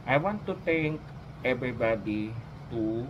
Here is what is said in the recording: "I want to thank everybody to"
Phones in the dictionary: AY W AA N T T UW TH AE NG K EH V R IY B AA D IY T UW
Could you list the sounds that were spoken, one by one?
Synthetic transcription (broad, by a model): AY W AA N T T UW T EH NG K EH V R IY B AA D IY T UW